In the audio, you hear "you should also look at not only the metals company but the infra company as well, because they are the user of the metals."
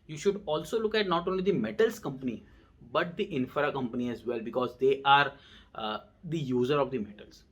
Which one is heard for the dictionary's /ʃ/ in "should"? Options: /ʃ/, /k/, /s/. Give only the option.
/ʃ/